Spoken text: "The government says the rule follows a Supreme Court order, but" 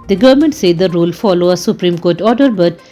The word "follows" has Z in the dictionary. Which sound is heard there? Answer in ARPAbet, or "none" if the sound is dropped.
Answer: none